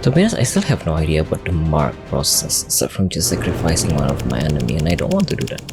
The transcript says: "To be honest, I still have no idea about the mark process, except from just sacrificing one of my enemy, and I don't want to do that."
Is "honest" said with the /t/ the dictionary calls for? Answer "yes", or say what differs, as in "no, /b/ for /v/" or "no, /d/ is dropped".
no, /t/ is dropped